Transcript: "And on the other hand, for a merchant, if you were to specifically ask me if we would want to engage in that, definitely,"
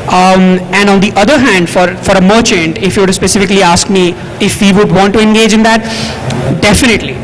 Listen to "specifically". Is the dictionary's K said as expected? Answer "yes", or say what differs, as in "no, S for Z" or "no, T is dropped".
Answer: yes